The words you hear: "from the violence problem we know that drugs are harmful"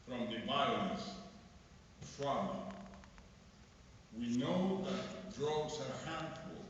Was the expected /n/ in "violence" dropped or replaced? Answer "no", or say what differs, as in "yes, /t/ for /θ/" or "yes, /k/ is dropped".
yes, /n/ is dropped